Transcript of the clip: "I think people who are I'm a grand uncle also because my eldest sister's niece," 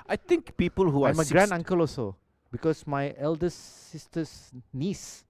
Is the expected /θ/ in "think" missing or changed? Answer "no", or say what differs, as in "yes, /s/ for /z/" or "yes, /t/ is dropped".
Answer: yes, /t/ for /θ/